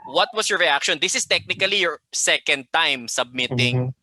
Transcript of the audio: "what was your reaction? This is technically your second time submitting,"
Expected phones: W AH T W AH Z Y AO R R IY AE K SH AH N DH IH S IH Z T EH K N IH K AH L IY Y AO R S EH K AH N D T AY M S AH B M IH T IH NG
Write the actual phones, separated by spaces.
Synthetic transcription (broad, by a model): W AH T W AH S Y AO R R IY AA K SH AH N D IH S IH S T EH K N IH K AH L IY Y AO R S EH K AH N D T AY M S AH B M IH T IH NG